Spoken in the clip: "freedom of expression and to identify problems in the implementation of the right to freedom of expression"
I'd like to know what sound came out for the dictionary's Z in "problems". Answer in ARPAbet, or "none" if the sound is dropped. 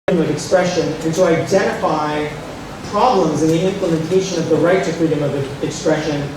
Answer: Z